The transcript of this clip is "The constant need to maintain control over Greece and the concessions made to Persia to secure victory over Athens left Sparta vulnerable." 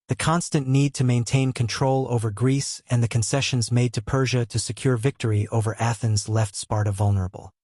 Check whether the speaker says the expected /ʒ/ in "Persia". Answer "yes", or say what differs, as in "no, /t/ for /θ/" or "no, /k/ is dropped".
yes